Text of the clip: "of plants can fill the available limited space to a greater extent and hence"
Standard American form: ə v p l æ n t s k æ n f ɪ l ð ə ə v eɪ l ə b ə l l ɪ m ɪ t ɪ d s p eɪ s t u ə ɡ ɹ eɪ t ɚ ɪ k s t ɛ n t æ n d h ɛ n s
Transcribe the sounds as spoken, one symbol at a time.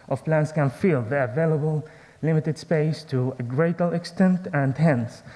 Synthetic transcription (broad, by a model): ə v p l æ n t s k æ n f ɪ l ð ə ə v eɪ l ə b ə l l ɪ m ɪ t ɪ d s p eɪ s t u ə ɡ ɹ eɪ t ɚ ɪ k s t ɛ n t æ n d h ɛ n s